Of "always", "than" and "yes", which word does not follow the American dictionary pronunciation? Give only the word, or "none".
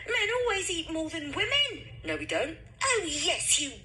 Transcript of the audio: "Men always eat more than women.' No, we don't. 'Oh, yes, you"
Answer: none